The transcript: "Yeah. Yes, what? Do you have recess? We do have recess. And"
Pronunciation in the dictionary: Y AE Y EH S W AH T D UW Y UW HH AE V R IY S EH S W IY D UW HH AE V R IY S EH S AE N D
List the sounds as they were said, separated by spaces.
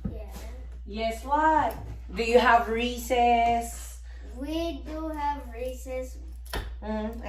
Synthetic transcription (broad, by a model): Y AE Y EH S W AH T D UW Y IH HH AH V R IY S EH S W IY D UW HH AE V R IY S EH S